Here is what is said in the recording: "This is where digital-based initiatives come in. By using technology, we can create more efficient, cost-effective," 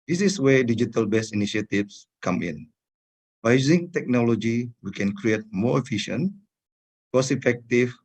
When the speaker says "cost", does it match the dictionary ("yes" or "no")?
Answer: no